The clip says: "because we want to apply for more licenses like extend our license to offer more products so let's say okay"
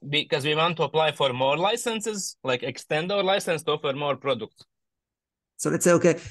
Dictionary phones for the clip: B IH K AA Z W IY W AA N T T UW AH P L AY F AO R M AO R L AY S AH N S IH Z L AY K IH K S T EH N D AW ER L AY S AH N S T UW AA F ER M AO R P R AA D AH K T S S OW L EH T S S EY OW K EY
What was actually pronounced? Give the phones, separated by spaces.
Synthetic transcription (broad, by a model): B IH K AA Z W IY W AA N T T UW AH P L AY F AO R M AO R L AY S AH N S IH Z L AY K IH K S T EH N D AW ER L AY S AH N S T UW AA F ER M AO R P R AA D AH K T S S OW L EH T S S EY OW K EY